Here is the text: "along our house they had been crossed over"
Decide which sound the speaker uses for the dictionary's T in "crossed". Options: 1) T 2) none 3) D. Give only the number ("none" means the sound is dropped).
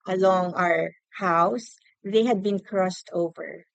1